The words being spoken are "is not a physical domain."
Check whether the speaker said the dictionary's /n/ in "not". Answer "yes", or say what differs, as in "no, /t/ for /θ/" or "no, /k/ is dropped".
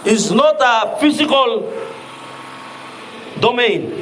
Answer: yes